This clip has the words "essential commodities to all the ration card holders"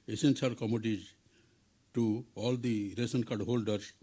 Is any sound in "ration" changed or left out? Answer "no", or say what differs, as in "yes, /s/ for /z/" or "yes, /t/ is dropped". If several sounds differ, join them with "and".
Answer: yes, /s/ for /ʃ/